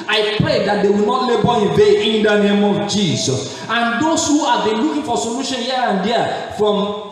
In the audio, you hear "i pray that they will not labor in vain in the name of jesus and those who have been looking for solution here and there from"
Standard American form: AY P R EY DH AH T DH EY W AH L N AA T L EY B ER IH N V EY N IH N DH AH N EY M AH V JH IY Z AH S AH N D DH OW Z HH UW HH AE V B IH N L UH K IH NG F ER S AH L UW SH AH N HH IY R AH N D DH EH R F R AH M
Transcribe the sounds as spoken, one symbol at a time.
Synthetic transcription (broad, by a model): AY P R EY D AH T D EY W AH L N AA T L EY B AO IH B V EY IH N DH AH N EY M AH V JH IY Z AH S AH N D OW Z HH UW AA B IH N L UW K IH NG F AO S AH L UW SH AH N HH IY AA AH N D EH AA F R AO M